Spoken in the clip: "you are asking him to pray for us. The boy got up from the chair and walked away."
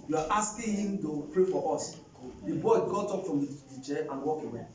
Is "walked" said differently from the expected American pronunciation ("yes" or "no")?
yes